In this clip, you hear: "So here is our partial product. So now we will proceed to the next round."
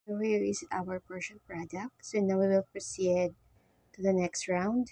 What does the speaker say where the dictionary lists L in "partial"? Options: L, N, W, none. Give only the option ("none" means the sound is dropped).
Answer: N